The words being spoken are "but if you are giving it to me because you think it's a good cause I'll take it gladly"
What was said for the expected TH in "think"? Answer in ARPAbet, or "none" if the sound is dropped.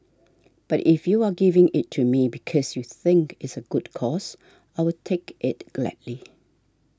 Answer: TH